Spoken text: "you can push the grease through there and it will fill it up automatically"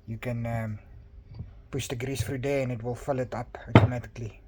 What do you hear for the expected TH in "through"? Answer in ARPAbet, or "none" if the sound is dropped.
F